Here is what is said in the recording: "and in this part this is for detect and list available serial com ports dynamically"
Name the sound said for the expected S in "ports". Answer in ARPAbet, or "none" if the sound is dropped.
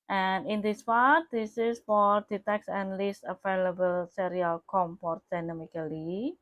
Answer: none